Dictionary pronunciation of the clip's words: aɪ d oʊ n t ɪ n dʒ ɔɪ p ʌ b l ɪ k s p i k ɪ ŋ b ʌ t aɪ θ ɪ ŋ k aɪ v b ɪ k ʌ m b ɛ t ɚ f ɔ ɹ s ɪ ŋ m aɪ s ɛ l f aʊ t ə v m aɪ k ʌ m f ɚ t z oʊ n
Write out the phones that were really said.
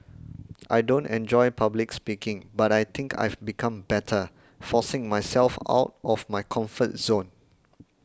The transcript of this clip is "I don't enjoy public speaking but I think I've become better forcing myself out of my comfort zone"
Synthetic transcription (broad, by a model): aɪ d oʊ n t ɪ n dʒ ɔɪ p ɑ b l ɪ k s p i k ɪ ŋ b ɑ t aɪ t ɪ ŋ k aɪ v b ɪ k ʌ m b ɛ t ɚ f ɔ s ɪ ŋ m aɪ s ɛ l f aʊ t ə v m aɪ k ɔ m f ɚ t z oʊ n